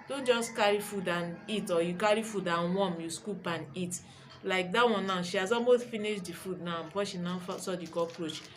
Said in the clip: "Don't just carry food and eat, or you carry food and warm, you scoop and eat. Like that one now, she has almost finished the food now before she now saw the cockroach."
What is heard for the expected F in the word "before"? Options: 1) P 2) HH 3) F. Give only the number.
1